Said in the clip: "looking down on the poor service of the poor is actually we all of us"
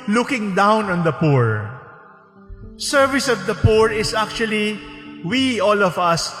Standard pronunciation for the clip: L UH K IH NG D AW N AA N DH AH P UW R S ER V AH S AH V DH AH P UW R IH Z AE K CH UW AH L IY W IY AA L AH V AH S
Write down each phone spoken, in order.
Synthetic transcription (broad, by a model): L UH K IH NG D AW N AA N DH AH P UW R S ER V AH S AH V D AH P UW R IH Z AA K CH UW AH L IY W IY AA L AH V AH S